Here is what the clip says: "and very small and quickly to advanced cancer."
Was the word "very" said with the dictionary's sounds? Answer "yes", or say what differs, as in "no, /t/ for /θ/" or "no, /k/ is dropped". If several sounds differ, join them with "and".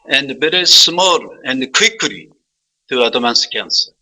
no, /b/ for /v/